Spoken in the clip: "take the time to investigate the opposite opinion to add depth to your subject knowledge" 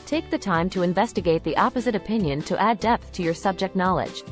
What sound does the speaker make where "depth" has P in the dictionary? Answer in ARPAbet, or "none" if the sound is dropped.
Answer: P